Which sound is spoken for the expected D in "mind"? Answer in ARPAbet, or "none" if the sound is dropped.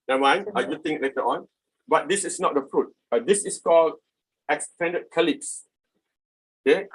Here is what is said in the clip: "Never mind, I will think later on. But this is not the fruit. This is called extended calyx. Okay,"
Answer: none